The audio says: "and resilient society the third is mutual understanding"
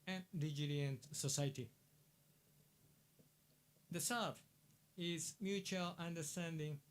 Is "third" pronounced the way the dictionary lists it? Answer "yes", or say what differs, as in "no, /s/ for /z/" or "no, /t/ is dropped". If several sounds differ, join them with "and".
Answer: no, /s/ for /θ/